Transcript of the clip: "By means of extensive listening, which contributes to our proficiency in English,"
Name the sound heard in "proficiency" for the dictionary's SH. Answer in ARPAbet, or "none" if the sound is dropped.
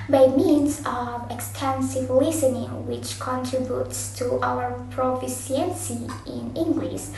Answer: S